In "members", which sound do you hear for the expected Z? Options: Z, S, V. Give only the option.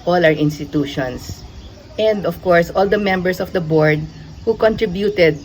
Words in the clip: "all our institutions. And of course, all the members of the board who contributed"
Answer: S